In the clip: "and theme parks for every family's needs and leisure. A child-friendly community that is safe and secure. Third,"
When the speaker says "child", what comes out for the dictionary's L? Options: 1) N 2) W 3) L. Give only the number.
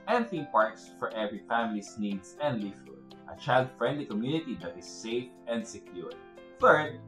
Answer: 3